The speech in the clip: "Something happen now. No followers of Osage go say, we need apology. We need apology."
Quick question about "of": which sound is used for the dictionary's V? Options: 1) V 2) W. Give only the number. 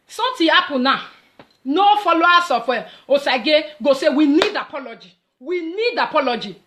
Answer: 2